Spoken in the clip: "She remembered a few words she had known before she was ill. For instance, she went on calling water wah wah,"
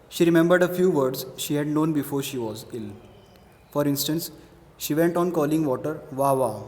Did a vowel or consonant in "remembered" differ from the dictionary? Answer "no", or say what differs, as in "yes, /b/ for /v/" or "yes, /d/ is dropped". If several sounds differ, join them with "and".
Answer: no